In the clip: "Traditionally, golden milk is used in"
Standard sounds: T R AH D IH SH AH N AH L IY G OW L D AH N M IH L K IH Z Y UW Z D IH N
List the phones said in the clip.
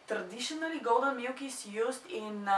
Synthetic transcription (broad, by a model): T R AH D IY SH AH N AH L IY G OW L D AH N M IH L K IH S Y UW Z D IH N